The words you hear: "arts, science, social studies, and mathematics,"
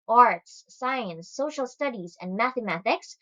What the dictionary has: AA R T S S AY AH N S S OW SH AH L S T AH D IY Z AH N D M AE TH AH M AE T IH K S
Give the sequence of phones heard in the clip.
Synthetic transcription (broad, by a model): AA R T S S AY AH N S S OW SH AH L S T AH D IY Z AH N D M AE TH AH M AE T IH K S